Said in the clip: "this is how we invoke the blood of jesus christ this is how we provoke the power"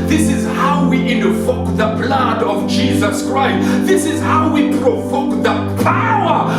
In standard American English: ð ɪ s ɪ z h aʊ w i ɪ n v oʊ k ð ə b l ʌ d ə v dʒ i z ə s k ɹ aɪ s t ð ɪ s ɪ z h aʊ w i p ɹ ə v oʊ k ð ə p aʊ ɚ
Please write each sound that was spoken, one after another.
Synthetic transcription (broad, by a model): ð ɪ s ɪ z h aʊ w i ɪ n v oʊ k ð ə b l ʌ d ə v dʒ i z ə s k ɹ aɪ s t ð ɪ s ɪ z h aʊ w i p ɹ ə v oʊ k ð ə p aʊ ɚ